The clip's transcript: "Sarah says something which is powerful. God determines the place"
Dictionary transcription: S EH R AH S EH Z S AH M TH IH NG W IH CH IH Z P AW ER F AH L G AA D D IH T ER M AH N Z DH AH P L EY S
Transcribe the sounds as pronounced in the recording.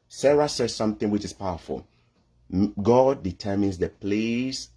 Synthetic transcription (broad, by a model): S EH R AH S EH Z S AH M TH IH NG W IH CH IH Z P AW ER F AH L G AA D D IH T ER M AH N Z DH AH P L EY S